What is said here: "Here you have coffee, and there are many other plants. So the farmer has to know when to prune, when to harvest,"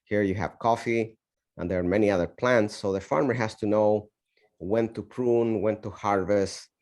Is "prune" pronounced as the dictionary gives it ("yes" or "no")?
yes